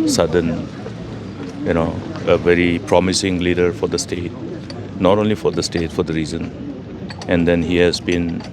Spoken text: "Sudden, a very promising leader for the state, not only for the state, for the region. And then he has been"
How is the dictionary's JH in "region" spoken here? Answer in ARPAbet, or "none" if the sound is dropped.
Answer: Z